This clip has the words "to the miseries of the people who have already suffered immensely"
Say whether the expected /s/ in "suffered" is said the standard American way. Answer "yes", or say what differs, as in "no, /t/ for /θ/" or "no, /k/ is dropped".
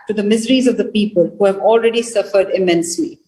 yes